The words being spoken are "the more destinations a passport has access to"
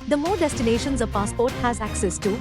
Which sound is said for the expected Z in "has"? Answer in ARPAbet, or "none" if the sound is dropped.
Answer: Z